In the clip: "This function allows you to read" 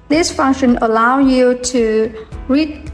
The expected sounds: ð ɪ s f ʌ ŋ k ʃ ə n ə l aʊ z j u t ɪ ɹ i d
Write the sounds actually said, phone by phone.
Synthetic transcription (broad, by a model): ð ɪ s f ʌ ŋ k ʃ ə n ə l aʊ j u t ɪ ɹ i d